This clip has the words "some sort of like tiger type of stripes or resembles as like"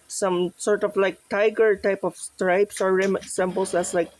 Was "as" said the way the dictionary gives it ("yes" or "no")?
no